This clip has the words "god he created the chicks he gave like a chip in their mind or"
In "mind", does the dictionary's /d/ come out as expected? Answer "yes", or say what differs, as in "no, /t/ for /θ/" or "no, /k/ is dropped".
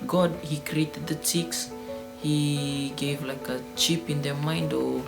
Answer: yes